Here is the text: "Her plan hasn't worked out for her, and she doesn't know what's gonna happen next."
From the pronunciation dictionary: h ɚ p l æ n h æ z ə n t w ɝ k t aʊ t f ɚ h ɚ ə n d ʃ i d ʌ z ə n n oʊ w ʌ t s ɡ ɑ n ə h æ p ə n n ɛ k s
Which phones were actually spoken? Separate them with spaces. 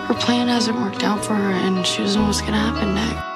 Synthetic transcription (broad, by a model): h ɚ p l æ n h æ z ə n w ɝ k t aʊ t f ɚ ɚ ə n ʃ i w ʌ z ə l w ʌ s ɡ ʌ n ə h æ p ə n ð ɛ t